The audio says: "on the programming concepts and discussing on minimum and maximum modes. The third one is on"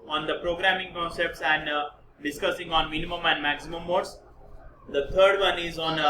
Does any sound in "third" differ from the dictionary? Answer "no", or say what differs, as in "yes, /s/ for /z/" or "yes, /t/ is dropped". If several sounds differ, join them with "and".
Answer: yes, /t/ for /θ/